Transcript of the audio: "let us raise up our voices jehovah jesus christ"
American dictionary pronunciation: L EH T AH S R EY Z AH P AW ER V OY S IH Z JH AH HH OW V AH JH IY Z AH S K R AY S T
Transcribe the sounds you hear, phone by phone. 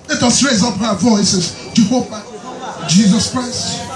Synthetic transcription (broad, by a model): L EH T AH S R EY Z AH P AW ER V OY S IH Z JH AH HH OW P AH JH IY Z AH S K R AY S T